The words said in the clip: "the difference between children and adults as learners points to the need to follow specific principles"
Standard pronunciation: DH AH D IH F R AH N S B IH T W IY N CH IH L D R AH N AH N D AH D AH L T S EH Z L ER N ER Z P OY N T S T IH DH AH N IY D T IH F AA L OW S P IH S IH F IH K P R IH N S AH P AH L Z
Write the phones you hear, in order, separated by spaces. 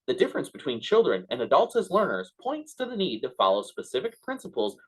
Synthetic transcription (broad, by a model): DH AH D IH F R AH N S B IH T W IY N CH IH L D R AH N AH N AH D AH L T S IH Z L ER N ER Z P OY N T S T IH DH AH N IY D T IH F AA L OW S P IH S IH F IH K P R IH N S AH P L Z